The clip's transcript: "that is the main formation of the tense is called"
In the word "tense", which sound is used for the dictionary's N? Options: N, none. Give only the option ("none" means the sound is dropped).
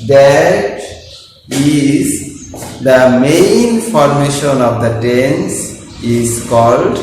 N